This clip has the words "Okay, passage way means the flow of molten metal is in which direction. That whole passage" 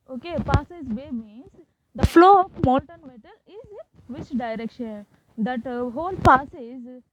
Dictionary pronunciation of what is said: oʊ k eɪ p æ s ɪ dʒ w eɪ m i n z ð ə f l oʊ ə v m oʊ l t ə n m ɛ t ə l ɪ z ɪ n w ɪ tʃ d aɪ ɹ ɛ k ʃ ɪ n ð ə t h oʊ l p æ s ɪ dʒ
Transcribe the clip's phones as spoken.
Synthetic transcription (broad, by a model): oʊ k eɪ p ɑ s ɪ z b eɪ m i n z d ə f l oʊ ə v m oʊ n t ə n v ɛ t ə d ɪ z ɪ n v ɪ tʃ d aɪ ɹ ɛ k ʃ ɪ n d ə t h oʊ l p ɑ s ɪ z